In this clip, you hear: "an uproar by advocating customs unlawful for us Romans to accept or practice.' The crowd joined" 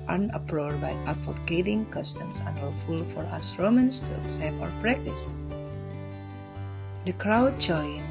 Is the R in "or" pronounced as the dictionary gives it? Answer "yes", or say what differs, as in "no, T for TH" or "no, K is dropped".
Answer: no, W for R